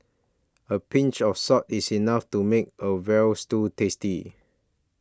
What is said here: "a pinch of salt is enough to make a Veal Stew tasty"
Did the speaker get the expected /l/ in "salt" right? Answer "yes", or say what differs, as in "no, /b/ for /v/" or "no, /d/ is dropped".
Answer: no, /l/ is dropped